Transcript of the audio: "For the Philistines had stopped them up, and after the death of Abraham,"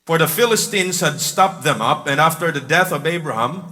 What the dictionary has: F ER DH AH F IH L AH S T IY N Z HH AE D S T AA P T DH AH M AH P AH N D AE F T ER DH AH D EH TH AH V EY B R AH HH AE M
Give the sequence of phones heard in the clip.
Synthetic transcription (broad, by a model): F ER DH AH F IH L AH S T IY N Z HH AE D S T AA P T DH AH M AH P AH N AE F T ER DH AH D EH TH AH V EY B R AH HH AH M